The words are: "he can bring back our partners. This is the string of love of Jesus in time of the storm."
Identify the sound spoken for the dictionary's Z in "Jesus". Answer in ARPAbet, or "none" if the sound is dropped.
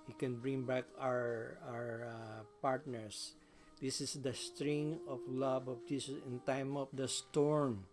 S